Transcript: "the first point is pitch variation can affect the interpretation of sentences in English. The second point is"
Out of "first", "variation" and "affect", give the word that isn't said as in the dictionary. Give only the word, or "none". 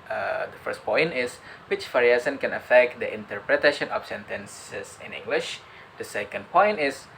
variation